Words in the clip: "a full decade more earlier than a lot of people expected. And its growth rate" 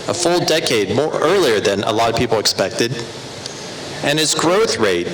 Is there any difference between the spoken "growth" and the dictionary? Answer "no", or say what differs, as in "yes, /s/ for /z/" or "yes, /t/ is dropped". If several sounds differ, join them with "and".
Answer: no